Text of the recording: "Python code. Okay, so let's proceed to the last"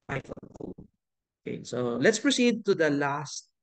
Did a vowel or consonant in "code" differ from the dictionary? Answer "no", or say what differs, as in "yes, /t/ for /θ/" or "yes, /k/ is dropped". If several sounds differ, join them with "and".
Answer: yes, /d/ is dropped